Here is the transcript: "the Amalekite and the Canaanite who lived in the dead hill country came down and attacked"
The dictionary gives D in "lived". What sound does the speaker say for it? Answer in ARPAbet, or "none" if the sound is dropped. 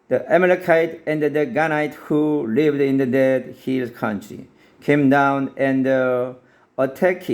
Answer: D